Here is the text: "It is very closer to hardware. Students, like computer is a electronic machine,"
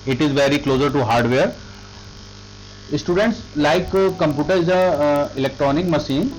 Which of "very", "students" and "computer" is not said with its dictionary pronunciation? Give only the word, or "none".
none